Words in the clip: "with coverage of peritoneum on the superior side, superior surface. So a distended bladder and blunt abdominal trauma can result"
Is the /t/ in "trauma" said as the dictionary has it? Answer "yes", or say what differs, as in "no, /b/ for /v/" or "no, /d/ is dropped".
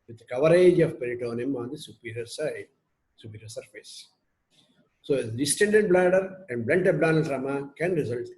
no, /s/ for /t/